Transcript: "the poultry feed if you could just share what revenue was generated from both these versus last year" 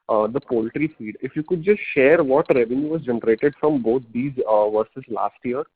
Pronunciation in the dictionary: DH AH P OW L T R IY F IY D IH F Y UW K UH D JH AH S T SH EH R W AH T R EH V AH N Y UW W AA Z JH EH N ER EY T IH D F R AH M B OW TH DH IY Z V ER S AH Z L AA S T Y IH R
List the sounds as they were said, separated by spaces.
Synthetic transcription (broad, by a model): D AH P OW L T R IY F IY D IH F Y UW K UH D JH AH S T SH EH R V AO T R EH V AH N Y UW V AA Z JH EH N ER EY T IH D F R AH M B OW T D IY Z V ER S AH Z L AA S T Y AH R